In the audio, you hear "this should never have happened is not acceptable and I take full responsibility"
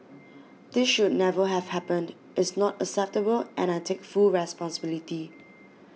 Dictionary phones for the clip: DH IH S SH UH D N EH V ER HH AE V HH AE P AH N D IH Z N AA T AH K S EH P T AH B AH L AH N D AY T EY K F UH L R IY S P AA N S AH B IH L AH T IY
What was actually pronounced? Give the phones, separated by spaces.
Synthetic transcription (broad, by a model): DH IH S SH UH D N EH V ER HH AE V HH AE P AH N D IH S N AA T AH S EH P T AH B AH L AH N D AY T EY K F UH L R IY S P AA N S AH B IH L AH T IY